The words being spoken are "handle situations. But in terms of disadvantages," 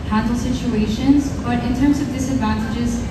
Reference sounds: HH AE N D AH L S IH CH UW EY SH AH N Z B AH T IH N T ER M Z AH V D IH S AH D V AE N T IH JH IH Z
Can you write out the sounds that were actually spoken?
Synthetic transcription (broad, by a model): HH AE N D L S IH CH UW EY SH AH N Z B AH T IH N T ER M Z AH V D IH S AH D V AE N T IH JH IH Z